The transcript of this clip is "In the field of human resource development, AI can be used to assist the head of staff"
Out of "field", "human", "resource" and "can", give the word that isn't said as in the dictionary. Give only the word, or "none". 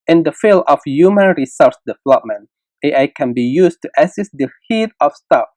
field